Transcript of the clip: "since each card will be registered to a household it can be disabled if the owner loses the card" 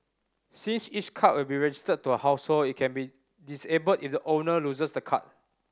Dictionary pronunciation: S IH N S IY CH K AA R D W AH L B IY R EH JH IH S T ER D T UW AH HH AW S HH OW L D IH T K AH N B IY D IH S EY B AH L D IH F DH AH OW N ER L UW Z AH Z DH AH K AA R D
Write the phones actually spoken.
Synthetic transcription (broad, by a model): S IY N S IY CH K AA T W AH L B IY R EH JH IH S T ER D T UW AH HH AW S HH OW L IH T K AH N B IY D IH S EY B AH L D IH F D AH OW N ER L UW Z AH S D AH K AA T